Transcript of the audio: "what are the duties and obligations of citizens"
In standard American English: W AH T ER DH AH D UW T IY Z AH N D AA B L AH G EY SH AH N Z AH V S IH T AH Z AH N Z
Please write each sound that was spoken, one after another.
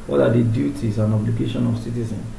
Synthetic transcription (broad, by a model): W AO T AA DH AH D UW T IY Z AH N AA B L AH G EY SH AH N AH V S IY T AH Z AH N